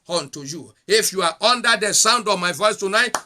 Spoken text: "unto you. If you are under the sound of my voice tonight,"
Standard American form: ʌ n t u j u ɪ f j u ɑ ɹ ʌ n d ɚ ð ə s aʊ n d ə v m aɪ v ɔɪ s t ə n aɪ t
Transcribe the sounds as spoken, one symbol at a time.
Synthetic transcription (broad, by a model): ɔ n t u j u ɪ f j u ɑ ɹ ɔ n d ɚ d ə s aʊ n d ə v m aɪ v ɔɪ s t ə n aɪ t